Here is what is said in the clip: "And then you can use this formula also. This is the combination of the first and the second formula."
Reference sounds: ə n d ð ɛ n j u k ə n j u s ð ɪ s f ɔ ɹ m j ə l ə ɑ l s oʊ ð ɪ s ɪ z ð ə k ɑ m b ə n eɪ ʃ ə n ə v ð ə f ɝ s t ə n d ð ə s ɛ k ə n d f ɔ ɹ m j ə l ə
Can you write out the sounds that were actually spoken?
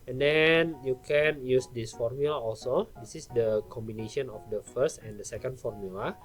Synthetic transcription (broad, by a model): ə n d ɛ n j u k ə n j u s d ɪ s f ɔ ɹ m j ə l ə ɑ l s oʊ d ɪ s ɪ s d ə k ɑ m b ə n eɪ ʃ ə n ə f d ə f ɝ s t ə n d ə s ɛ k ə n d f ɔ ɹ m j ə l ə